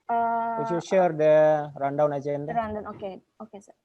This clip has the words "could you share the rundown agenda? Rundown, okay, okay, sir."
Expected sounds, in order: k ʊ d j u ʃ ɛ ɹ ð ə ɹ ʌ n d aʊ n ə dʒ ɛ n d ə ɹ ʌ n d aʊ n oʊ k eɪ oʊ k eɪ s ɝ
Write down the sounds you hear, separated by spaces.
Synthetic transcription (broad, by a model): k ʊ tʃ j u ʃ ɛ ɹ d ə ɹ ʌ n d aʊ n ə tʃ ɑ n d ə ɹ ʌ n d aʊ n oʊ k eɪ oʊ k eɪ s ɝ